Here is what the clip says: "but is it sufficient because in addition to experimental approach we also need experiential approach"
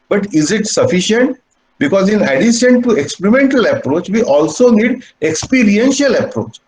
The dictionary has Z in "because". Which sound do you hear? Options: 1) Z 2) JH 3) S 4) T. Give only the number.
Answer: 1